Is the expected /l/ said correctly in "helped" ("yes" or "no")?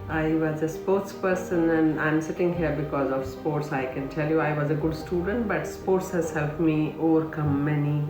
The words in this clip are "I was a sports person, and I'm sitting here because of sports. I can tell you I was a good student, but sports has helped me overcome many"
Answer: yes